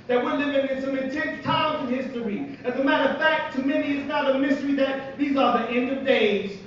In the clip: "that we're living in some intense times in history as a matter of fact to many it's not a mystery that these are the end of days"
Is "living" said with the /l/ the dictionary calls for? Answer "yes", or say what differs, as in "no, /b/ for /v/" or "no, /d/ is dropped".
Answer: no, /n/ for /l/